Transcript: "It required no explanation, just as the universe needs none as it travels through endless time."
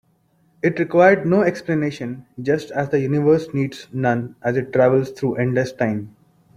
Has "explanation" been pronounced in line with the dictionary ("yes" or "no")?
yes